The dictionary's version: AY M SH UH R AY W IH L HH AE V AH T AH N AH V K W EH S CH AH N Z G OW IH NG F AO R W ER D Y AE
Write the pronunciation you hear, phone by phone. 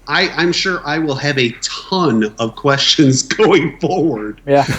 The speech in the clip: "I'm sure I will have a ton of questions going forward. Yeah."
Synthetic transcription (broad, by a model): AY M SH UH R AY W IH L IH V AH T AH N AH V K W EH S CH AH N Z G OW IH NG F AO R W ER D Y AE